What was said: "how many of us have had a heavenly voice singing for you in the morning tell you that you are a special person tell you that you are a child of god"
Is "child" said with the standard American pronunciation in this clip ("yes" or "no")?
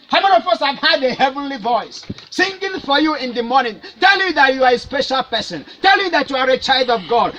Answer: yes